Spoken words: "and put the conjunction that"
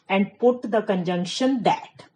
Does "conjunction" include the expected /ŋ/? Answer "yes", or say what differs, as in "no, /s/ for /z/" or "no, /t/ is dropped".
yes